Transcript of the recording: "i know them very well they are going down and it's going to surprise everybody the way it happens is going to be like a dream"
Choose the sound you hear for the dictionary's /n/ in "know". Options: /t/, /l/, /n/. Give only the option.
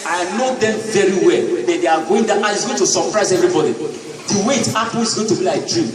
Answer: /n/